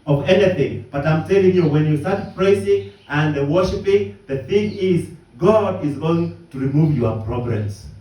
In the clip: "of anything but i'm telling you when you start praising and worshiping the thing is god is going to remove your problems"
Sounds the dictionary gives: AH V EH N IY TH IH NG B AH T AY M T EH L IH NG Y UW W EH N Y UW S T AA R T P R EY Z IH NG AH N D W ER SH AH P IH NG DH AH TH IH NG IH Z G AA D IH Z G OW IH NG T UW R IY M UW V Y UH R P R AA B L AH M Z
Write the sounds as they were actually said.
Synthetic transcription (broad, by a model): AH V EH N IY TH IH NG B AH T AY M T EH IH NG Y UW W EH N Y UW S T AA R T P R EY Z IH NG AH N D W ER SH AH P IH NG DH AH TH IH NG IH Z G AA D IH Z G OW IH NG T UW R IY M UW V Y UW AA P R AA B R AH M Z